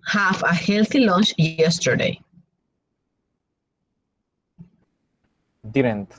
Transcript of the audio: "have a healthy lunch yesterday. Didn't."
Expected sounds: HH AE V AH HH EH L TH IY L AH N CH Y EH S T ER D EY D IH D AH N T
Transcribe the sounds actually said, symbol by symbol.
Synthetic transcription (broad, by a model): HH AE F AH HH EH L T IY L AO N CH Y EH S T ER D EY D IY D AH N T